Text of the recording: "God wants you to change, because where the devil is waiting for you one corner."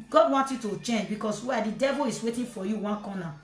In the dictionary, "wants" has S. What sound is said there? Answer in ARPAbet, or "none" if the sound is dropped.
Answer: none